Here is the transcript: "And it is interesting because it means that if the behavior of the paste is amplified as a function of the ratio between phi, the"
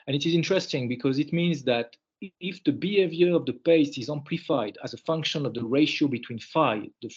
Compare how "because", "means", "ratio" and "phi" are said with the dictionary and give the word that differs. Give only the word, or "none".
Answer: none